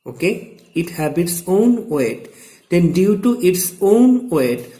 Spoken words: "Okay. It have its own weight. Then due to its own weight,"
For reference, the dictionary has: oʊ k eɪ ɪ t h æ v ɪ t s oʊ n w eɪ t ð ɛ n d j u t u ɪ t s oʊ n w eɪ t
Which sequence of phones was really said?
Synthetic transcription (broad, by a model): oʊ k eɪ ɪ t h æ b ɪ t s oʊ n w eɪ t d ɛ n d j u t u ɪ t s oʊ n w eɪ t